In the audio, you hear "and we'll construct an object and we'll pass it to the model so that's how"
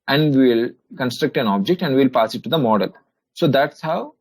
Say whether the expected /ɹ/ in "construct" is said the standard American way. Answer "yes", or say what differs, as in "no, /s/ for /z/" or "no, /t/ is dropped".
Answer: yes